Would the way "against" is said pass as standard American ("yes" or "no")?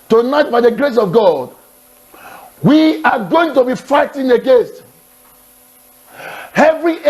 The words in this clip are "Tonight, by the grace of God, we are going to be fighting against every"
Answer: yes